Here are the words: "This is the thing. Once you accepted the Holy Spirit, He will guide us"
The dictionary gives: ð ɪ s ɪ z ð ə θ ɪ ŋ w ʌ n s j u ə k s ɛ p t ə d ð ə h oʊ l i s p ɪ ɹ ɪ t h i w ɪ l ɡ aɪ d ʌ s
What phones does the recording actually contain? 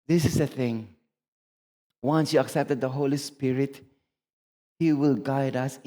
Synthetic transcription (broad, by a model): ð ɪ s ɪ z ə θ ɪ ŋ w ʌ n s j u ə k s ɛ p t ə d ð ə h oʊ l i s p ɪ ɹ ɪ t h i w ɪ l ɡ aɪ d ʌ s